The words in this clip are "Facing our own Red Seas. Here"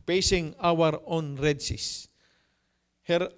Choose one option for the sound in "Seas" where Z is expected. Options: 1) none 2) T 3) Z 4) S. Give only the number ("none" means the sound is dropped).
4